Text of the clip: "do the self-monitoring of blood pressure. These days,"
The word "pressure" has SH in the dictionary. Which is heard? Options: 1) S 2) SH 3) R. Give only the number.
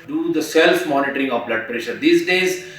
2